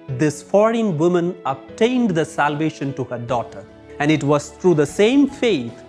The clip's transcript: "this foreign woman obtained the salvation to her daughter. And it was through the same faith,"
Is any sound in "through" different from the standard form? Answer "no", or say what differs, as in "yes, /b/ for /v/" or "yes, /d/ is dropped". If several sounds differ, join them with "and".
yes, /t/ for /θ/